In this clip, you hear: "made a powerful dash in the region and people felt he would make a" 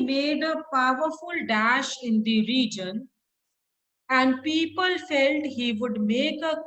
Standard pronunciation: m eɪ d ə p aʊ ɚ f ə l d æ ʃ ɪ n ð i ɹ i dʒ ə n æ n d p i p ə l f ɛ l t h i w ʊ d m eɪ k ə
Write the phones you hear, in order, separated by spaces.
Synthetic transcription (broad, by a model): m eɪ d ə p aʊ ɚ f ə l d æ ʃ ɪ n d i ɹ i dʒ ə n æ n d p i p ə l f ɛ l t h i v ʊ d m eɪ k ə